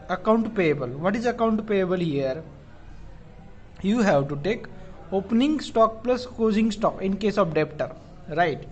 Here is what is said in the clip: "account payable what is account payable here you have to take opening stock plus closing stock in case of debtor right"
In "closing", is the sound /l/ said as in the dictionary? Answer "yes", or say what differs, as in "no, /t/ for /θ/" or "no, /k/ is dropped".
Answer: no, /l/ is dropped